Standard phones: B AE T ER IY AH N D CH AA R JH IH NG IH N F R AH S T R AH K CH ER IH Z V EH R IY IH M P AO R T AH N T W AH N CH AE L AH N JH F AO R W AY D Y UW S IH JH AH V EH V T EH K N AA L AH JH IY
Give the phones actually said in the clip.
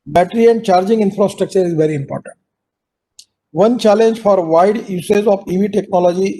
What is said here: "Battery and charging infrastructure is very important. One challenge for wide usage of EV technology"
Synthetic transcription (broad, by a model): B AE T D IY AH N D CH AA R JH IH NG IH N F R AH S T R AH K CH ER IH Z V EH R IY IH M P AO R T AH N T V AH N CH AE L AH N JH F AO R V AY D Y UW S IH Z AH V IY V T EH K N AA L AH JH IY